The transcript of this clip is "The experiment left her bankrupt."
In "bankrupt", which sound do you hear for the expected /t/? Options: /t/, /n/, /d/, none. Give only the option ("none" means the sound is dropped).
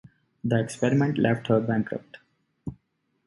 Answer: /t/